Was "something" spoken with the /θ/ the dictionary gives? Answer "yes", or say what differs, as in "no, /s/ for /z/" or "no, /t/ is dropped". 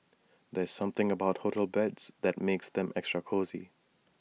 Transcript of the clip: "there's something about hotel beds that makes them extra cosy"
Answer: yes